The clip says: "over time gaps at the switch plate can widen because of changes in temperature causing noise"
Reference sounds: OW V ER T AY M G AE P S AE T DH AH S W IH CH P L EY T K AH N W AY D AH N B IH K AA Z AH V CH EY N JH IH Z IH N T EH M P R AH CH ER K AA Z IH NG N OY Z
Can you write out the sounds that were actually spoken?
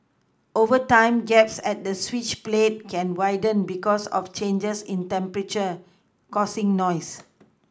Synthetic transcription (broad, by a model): OW V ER T AY M G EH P S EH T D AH S W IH CH P L EY T K AH N W AY D AH N B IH K AA S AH F CH EY N JH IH S IH N T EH M P R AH CH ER K AA S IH NG N OY S